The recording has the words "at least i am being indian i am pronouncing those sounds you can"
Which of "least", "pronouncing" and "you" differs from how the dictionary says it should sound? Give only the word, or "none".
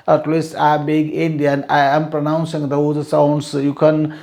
least